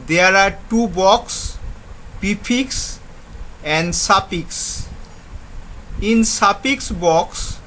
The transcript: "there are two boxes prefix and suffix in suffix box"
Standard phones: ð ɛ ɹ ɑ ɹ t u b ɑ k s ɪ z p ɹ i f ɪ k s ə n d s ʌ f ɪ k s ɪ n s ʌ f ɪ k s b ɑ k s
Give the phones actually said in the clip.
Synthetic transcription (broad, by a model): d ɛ ɹ ɑ ɹ t u b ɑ k s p i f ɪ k s ə n d s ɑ p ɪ k s ɪ n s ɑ p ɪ k s b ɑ k s